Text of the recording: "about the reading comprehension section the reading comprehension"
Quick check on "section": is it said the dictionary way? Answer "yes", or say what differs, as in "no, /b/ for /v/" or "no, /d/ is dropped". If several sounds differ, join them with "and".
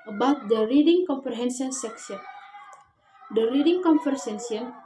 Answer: no, /s/ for /ʃ/